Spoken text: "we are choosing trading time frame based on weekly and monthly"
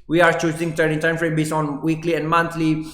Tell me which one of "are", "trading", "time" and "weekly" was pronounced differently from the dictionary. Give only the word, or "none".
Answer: trading